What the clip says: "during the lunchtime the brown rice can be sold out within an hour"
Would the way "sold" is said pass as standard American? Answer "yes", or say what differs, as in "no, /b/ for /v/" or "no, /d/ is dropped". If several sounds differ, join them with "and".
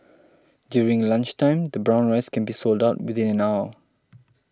yes